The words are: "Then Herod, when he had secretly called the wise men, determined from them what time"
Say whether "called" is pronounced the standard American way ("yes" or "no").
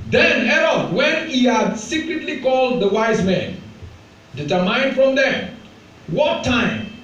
yes